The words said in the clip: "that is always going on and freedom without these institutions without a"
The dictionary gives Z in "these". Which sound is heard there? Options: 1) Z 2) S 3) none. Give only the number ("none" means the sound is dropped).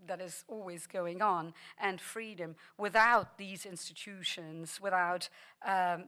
1